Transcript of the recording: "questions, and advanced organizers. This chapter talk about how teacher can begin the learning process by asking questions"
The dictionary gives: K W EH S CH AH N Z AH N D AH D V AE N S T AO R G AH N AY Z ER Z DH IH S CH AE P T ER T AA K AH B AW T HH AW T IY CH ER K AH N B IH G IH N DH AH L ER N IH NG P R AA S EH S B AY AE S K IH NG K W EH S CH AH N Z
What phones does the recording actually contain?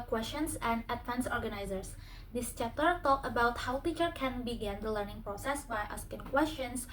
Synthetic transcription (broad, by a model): K W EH S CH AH N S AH N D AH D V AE N S AO R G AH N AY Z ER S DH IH S CH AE P T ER T AA K AH B AW T HH AW T IY CH ER K AH N B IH G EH N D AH L ER N IH NG P R AA S EH S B AY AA S K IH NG K W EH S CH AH N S